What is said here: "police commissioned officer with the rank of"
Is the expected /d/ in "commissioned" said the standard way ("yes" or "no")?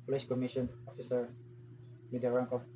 no